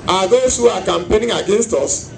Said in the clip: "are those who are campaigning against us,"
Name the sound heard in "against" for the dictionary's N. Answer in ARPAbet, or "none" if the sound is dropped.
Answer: N